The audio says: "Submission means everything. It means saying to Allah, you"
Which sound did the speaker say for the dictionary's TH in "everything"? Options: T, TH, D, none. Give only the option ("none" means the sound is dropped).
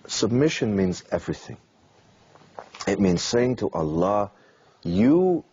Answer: TH